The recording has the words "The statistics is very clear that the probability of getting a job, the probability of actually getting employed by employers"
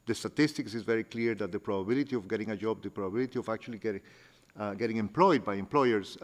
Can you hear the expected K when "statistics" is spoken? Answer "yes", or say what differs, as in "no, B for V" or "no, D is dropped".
yes